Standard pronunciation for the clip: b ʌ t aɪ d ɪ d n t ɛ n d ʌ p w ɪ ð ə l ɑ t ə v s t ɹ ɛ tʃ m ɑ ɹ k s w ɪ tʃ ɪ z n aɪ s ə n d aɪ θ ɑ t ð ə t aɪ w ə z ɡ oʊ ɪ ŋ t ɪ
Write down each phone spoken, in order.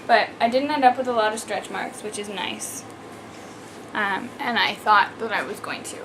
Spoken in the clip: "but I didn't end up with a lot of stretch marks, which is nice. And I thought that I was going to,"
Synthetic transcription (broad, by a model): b ʌ t aɪ d ɪ d n t ɛ n d ʌ p w ɪ ð ə l ɑ t ə v s t ɹ ɛ tʃ m ɑ ɹ k s w ɪ tʃ ɪ z n aɪ s ə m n aɪ θ ɑ t ð ə t aɪ w ə z ɡ oʊ ɪ ŋ t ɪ